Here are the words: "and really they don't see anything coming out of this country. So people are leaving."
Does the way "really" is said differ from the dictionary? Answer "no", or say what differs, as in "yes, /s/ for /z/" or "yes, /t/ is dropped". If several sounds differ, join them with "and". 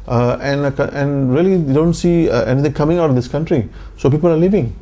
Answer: yes, /l/ is dropped